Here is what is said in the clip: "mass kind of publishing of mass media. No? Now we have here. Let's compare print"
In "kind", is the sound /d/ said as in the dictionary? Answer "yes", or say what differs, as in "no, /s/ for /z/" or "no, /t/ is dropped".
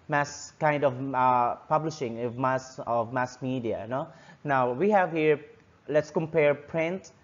yes